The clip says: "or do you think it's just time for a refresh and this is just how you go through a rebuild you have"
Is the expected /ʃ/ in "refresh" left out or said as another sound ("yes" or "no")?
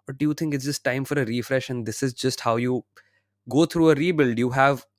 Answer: no